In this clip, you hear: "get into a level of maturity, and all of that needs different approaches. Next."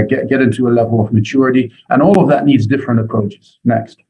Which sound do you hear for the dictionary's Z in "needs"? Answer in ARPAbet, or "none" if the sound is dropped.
Z